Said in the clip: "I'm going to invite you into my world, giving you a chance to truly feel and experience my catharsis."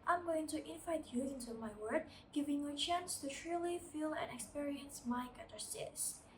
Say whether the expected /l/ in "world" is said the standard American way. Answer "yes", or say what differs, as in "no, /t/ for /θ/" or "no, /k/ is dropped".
no, /l/ is dropped